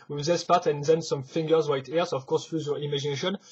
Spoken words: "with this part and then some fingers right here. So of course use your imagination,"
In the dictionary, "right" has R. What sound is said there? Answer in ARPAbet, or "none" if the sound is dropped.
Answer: W